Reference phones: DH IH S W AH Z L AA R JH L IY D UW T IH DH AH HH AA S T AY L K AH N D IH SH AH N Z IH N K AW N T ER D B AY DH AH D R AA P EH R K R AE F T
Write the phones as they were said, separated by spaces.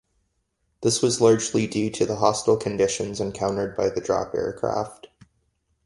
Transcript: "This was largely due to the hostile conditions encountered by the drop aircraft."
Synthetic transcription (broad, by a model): DH IH S W AH Z L AA R JH L IY D UW T IH DH AH HH AA S T L K AH N D IH SH AH N Z IH N K AW N T ER D B AY DH AH D R AA P EH R K R AE F T